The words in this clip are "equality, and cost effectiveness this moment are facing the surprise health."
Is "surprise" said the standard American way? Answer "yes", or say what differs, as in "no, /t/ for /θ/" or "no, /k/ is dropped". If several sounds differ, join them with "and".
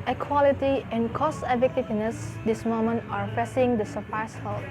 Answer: no, /ɹ/ is dropped and /s/ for /z/